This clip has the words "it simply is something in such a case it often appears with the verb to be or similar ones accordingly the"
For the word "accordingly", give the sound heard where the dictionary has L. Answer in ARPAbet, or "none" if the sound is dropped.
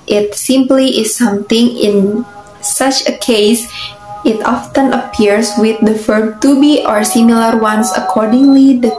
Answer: L